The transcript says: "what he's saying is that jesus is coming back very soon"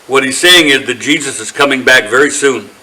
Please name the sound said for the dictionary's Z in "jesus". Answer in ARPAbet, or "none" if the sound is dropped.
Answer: Z